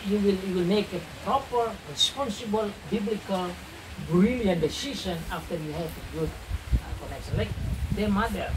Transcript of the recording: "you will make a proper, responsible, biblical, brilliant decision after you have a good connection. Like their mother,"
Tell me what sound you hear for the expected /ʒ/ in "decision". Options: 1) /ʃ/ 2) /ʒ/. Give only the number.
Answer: 1